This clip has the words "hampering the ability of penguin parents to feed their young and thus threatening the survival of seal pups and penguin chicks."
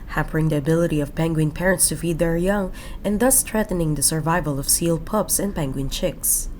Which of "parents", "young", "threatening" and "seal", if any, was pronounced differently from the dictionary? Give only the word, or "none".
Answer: threatening